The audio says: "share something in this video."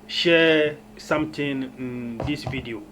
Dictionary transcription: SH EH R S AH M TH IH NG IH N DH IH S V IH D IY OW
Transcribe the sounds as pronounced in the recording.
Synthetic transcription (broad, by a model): SH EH S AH M T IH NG IH N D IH S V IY D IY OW